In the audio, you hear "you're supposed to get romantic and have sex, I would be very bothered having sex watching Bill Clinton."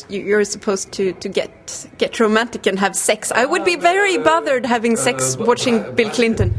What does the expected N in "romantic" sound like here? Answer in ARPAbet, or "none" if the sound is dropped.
N